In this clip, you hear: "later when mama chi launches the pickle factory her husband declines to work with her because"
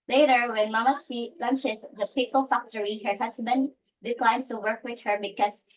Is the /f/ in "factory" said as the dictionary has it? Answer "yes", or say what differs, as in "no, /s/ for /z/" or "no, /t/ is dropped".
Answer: yes